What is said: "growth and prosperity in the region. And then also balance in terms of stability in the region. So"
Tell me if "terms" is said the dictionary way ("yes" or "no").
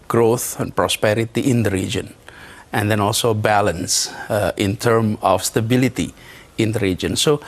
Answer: no